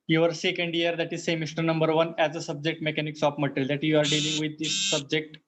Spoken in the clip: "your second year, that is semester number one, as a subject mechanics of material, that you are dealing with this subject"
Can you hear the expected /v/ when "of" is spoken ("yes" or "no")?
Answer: no